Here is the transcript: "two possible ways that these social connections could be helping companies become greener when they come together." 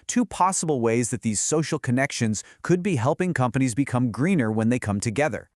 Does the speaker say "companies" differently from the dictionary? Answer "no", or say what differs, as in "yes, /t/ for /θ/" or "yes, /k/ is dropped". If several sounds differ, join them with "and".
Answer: no